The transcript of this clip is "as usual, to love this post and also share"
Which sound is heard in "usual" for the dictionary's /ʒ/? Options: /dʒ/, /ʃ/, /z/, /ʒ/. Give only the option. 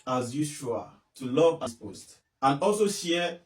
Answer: /ʃ/